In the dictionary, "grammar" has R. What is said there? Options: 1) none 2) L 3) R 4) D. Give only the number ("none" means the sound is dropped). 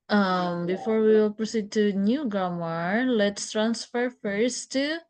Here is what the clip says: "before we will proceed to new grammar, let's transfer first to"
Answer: 1